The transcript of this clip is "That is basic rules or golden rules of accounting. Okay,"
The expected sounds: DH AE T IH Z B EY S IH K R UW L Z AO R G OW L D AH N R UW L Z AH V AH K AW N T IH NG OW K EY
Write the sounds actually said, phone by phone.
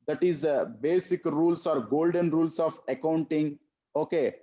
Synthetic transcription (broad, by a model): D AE T IH Z B EY S IH K R UW L S AO R G OW L D AH N R UW L S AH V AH K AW N T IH NG OW K EY